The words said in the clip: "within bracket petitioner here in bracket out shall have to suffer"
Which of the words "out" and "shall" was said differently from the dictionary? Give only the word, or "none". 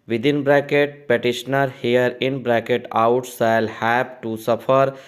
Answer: shall